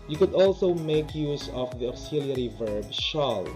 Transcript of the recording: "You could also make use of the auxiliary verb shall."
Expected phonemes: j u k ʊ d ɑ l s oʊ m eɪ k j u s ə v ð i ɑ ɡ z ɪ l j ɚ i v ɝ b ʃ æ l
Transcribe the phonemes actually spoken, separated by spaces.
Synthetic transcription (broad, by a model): j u k ʊ d ɑ l s oʊ m eɪ k j u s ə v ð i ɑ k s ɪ l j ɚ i v ɝ b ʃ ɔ l